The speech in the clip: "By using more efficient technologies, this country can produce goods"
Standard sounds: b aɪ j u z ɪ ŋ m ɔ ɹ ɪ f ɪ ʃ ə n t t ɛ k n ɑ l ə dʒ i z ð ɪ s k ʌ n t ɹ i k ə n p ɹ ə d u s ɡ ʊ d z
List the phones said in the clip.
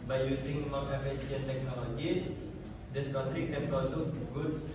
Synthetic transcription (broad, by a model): b aɪ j u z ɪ ŋ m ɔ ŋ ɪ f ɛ s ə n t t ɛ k n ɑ l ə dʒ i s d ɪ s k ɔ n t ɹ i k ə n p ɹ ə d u ɡ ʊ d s